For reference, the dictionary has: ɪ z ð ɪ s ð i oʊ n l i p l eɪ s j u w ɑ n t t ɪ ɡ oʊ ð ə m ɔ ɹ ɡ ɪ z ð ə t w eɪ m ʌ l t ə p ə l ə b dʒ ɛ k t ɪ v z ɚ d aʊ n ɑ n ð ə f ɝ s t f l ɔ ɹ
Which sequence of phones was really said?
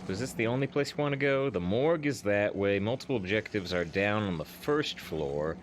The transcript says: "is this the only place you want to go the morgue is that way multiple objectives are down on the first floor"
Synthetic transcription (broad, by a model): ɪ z ð ɪ s ð i oʊ n l i p l eɪ s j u w ɑ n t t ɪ ɡ oʊ ð ə m ɔ ɹ ɡ ɪ z ð ə t w eɪ m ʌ l t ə p l ə b dʒ ɛ k t ɪ v z ɚ d aʊ n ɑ n ð ə f ɝ s t f l ɔ ɹ